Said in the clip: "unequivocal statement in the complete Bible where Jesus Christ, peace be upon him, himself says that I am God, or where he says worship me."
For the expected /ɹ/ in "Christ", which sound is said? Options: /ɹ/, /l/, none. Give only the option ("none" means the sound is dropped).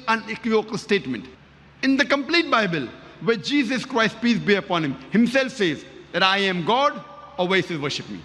/ɹ/